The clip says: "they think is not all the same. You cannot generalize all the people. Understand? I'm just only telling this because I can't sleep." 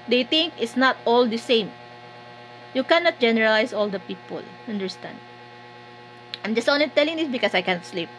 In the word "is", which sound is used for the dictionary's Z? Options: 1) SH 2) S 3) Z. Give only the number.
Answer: 2